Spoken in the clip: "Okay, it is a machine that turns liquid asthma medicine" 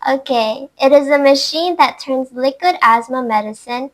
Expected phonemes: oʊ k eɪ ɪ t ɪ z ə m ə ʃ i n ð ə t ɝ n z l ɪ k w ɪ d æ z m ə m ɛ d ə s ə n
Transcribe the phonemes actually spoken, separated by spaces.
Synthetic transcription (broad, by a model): oʊ k eɪ ɪ t ɪ z ə m ə ʃ i n ð ə t ɝ n z l ɪ k w ɪ d æ z m ə m ɛ d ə s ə n